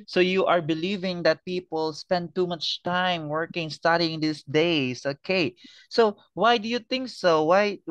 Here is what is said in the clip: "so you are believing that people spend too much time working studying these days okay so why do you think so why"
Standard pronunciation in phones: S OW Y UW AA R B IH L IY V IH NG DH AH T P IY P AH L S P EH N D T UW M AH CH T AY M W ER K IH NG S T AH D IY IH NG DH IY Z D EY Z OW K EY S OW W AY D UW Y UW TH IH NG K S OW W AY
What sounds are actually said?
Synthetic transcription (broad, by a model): S OW Y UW AA R B IH L IY V IH NG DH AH T P IY P AH L S P EH N D T UW M AH CH T AY M W ER K IH NG S T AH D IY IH NG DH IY S D EY S OW K EY S OW W AY D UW Y UW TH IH NG K S OW W AY